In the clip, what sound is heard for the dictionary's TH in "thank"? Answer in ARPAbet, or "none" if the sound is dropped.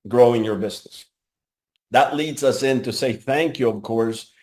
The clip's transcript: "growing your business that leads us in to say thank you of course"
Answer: TH